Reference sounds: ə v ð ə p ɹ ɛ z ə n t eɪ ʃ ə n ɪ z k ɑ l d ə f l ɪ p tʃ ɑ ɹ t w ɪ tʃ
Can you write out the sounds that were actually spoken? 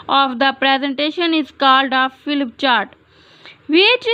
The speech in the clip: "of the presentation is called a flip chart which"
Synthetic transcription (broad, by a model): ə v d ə p ɹ ɛ z ə n t eɪ ʃ ə n ɪ z k ɑ l d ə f l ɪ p tʃ ɑ ɹ t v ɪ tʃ